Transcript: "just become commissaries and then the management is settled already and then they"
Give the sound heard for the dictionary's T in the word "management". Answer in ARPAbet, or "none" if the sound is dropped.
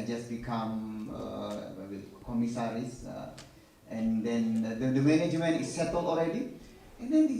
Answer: none